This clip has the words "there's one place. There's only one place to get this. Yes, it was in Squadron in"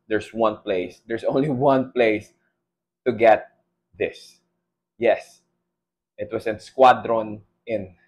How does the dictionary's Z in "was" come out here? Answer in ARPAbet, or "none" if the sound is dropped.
S